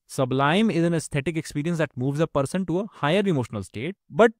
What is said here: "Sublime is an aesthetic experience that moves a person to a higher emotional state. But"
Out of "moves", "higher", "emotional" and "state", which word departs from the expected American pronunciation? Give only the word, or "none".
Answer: none